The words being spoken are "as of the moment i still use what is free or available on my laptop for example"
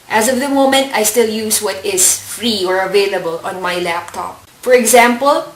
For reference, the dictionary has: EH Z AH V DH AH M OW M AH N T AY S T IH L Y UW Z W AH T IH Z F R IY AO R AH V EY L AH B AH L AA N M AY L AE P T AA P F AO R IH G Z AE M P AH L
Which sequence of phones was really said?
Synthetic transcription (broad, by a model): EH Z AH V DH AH M OW M AH N T AY S T IH L Y UW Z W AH T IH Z F R IY AO R AH V EY L AH B AH L AA N M AY L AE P T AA P F AO R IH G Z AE M P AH L